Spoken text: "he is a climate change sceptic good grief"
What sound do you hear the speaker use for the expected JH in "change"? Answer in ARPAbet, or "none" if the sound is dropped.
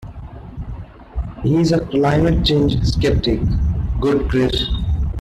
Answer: JH